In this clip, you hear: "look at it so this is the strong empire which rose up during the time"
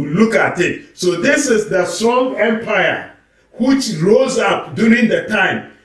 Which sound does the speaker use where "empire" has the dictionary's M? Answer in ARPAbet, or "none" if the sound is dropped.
M